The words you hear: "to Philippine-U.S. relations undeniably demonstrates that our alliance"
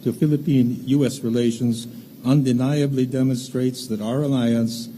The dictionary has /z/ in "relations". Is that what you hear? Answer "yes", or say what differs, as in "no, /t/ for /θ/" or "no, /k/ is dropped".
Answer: yes